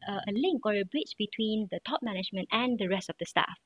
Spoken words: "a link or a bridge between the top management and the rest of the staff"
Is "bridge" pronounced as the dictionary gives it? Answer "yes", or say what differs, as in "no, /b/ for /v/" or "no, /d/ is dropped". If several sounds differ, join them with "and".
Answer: no, /tʃ/ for /dʒ/